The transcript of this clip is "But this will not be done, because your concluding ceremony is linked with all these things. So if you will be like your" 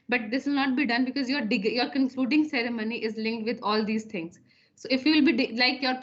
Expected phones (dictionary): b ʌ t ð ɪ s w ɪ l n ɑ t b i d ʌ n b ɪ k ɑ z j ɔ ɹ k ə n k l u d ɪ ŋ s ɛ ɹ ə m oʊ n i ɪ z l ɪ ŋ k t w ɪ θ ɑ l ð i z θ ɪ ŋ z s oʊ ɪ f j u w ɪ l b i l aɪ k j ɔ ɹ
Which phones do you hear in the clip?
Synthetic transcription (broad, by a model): b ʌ t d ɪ s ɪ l n ɑ t b i d ʌ n b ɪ k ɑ z j ɔ ɹ k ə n k l u d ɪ ŋ s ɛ ɹ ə m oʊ n i ɪ z l ɪ ŋ k t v ɪ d ɑ l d i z t ɪ ŋ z s oʊ ɪ f j u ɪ l b i l aɪ k j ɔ ɹ